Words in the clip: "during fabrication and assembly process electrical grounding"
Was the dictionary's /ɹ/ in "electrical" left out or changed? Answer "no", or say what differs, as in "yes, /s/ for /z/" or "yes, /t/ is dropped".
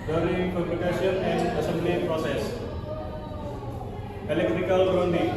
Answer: no